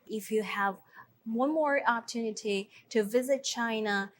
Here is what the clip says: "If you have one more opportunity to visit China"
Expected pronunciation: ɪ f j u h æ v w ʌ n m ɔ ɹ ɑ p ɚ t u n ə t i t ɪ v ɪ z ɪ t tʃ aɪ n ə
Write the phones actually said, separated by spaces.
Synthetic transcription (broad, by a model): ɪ f j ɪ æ v w ʌ n m ɔ ɹ ɑ p ɚ t u n ə t i t ɪ v ɪ z ɪ t tʃ aɪ n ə